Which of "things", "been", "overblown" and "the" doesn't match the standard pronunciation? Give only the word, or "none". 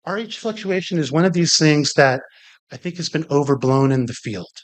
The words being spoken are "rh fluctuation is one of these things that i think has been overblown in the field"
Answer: none